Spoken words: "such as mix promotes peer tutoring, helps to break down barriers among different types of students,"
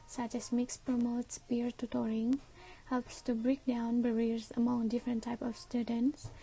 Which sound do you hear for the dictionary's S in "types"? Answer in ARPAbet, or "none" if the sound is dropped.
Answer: none